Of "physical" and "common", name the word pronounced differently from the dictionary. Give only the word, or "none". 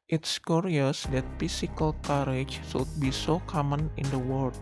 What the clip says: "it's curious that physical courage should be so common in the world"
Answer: physical